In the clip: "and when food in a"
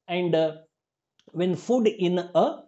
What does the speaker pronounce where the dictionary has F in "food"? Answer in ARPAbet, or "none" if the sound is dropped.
F